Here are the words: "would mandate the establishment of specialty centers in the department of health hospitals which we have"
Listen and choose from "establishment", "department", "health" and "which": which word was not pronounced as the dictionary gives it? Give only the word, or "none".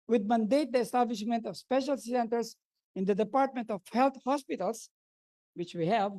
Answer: health